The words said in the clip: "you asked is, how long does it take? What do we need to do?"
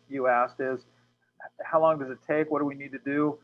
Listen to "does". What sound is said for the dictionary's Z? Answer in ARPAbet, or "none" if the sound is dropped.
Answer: Z